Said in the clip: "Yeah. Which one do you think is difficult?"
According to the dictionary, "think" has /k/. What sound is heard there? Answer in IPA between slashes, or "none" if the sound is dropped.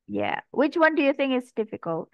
/k/